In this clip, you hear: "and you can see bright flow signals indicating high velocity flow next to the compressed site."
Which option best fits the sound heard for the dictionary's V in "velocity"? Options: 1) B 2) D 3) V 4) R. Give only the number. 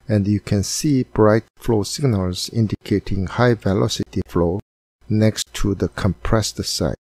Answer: 3